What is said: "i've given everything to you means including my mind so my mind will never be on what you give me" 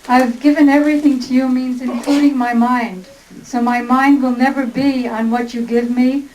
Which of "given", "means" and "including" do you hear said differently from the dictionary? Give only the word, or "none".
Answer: none